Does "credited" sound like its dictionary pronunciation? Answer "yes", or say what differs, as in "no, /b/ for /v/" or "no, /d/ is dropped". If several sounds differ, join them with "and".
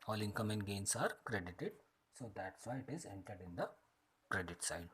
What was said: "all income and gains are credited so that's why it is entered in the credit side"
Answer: yes